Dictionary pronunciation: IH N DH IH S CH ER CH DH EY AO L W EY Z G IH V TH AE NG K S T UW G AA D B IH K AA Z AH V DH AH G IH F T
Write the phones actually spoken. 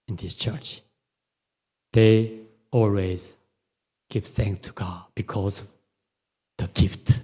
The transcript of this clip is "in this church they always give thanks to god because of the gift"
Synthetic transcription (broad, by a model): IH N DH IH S CH ER CH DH EY AO L W EY Z G IH V TH AE NG K S T UW G AA D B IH K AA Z AH V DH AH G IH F T